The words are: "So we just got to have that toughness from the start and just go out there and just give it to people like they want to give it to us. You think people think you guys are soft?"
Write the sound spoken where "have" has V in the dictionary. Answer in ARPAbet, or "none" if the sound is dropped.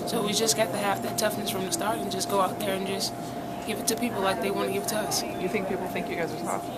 F